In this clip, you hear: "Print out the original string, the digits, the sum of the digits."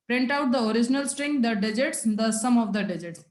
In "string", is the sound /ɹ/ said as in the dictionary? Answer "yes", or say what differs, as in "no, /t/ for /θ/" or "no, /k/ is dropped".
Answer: yes